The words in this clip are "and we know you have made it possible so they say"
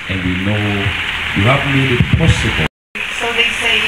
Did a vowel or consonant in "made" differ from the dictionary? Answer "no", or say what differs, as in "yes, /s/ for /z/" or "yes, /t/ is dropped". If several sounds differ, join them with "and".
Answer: yes, /d/ is dropped